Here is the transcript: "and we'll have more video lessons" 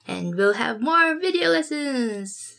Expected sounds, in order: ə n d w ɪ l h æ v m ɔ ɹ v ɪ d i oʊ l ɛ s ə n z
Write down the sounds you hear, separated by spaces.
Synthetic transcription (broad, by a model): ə n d w ɪ l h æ v m ɔ ɹ v ɪ d i oʊ l ɛ s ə n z